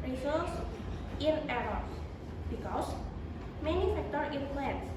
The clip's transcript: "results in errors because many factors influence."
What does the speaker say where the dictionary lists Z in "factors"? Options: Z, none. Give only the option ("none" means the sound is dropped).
none